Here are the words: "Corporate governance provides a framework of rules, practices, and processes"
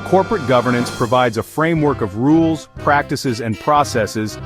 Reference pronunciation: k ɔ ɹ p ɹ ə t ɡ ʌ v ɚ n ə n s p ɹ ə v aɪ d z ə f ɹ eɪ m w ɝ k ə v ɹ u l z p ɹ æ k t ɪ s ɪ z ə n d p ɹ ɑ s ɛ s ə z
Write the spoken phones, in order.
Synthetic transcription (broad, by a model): k ɔ ɹ p ɹ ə t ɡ ʌ v ɚ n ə n s p ɹ ə v aɪ d z ə f ɹ eɪ m w ɝ k ə v ɹ u l z p ɹ æ k t ɪ s ɪ z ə n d p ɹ ɑ s ɛ s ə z